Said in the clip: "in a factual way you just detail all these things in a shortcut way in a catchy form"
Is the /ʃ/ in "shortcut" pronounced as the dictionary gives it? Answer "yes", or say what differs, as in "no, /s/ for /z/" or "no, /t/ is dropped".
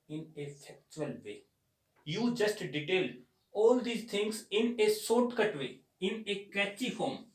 no, /s/ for /ʃ/